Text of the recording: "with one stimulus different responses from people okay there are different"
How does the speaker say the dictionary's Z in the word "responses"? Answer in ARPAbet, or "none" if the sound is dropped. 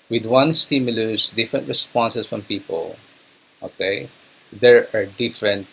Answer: S